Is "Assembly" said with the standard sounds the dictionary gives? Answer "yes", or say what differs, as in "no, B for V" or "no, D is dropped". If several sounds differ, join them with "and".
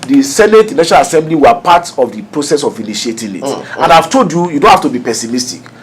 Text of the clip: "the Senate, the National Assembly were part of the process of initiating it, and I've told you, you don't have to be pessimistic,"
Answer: yes